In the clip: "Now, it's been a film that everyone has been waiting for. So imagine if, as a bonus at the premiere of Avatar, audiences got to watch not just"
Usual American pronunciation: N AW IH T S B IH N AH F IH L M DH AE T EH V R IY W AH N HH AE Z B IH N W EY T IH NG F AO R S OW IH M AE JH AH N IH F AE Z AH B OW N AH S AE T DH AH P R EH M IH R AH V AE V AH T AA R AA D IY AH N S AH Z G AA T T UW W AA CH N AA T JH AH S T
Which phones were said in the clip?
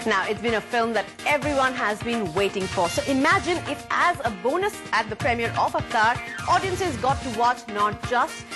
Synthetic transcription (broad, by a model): N AW IH T S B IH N AH F IH L M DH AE T EH V R IY W AH N HH AE Z B IH N W EY T IH NG F AO R S OW IH M AE JH AH N IH F AE Z AH B OW N AH S AE T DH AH P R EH M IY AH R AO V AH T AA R AA D IY AH N S AH Z G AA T T UW W AA CH N AA T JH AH S T